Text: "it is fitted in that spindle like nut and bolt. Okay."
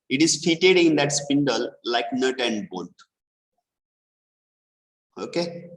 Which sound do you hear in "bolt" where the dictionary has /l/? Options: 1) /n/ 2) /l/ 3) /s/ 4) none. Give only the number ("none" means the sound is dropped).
1